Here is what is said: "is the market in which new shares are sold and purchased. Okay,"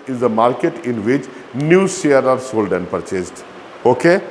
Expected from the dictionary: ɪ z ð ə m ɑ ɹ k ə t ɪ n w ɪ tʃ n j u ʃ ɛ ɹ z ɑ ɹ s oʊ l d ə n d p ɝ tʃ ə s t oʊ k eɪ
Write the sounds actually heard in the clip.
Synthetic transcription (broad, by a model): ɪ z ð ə m ɑ ɹ k ə t ɪ n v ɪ tʃ n j u s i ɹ ɑ ɹ s oʊ l d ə n p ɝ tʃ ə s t oʊ k eɪ